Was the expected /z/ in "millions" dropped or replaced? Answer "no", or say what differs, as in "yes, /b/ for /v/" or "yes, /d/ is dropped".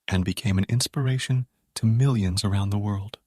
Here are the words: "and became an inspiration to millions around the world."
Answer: no